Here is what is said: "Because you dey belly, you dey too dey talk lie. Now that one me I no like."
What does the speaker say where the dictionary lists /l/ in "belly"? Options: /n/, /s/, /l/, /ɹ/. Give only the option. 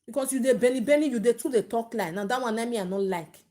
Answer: /n/